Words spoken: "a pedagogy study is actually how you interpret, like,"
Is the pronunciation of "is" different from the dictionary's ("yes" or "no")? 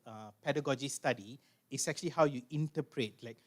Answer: yes